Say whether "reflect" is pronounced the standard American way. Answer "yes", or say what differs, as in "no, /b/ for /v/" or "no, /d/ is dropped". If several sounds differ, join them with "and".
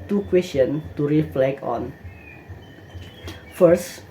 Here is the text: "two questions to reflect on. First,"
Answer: no, /t/ is dropped